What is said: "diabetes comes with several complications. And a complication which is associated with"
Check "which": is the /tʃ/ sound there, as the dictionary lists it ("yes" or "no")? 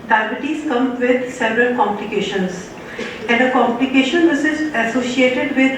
no